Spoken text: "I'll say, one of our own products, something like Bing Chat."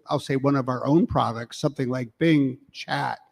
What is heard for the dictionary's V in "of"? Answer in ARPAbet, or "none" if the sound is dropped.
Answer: V